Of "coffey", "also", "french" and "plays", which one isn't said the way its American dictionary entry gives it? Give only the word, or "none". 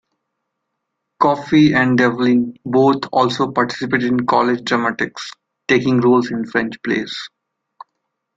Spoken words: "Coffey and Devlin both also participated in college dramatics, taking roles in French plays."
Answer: plays